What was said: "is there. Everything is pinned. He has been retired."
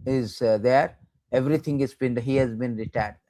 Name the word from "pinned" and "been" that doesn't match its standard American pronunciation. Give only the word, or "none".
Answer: pinned